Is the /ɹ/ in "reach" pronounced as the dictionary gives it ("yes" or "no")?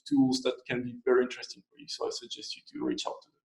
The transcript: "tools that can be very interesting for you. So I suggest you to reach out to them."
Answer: yes